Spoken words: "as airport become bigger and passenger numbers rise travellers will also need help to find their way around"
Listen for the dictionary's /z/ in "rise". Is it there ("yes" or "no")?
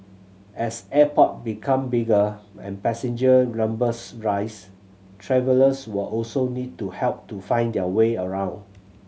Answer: no